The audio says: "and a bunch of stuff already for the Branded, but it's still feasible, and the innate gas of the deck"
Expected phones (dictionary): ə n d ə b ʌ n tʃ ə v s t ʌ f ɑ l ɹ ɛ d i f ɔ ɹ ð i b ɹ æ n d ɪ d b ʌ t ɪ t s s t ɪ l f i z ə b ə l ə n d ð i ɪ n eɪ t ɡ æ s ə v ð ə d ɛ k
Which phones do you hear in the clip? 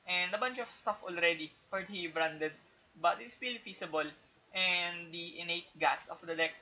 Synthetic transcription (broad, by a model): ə n d ə b ʌ n tʃ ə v s t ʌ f ɑ l ɹ ɛ d i p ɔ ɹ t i b ɹ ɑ n d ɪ d b ʌ t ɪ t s s t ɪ l f i s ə b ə l ə n d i ɪ n eɪ t ɡ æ s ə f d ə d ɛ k